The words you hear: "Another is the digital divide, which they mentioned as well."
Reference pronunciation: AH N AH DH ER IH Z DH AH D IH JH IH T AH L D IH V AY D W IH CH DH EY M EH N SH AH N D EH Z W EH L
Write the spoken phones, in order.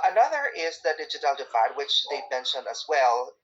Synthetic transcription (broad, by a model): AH N AH DH ER IH Z DH AH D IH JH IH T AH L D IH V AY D W IH CH DH EY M EH N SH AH N AH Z W EH L